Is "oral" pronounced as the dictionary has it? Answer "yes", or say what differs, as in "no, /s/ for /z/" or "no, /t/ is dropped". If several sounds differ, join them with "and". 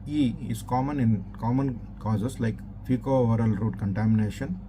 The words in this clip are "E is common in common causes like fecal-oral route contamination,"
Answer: yes